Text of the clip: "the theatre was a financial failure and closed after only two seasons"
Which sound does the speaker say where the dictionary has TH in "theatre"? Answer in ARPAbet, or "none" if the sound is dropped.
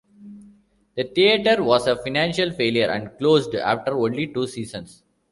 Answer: T